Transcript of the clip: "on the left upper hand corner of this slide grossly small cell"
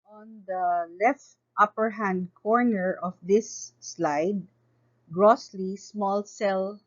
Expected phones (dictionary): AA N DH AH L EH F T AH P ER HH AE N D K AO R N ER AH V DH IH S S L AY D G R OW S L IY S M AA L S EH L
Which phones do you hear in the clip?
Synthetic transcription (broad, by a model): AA N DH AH L EH F T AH P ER HH AE N D K AO R N ER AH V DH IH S S L AY D G R OW S L IY S M AA L S EH L